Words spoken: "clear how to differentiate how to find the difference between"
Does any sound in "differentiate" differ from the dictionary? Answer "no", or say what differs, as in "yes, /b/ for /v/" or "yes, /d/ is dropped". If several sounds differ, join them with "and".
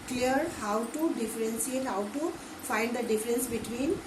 yes, /s/ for /ʃ/